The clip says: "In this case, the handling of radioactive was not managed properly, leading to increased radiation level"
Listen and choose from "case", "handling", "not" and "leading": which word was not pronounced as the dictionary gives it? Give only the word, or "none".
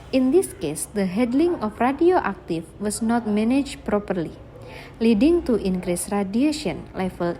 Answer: handling